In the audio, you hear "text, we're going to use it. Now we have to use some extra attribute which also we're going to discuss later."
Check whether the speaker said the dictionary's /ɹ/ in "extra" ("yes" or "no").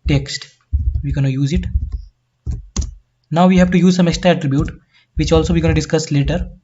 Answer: no